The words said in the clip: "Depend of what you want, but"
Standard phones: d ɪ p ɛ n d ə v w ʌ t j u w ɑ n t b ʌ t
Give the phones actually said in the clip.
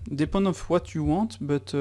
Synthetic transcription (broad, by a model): d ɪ p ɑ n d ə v w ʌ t j u w ɑ t b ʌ t